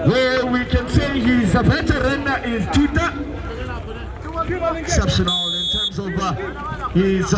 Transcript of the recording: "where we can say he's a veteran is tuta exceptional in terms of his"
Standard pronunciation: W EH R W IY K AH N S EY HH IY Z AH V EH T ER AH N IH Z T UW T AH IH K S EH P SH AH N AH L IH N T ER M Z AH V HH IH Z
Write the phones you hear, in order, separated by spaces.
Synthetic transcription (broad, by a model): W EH W IY K AH N S EY HH IY Z AH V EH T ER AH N IH Z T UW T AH IH K S EH P SH AH N AH L IH N T ER M Z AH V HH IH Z